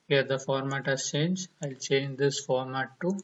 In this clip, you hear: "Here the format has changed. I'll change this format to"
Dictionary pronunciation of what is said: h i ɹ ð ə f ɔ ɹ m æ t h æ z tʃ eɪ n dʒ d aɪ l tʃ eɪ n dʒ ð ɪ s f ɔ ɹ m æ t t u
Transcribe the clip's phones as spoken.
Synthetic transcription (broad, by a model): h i ɹ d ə f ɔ ɹ m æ t h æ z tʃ eɪ n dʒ aɪ l tʃ eɪ n dʒ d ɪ s f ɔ ɹ m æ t t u